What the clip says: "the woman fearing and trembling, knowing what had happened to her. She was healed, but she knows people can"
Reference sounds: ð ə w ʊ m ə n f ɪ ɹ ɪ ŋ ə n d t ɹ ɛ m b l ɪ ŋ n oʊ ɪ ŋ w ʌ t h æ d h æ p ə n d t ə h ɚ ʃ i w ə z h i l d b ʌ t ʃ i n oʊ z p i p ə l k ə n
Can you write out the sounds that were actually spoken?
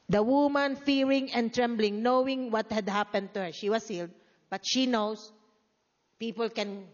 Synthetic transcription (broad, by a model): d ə w ʊ m ə n f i ɹ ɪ ŋ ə n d t ɹ ɛ m b l ɪ ŋ n oʊ ɪ ŋ w ʌ t h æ d h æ p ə n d t ə h ɚ ʃ i w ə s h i l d b ʌ t ʃ i n oʊ s p i p ə l k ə n